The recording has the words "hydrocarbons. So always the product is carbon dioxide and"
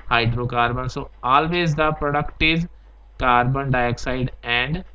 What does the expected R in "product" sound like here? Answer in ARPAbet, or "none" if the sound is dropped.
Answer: R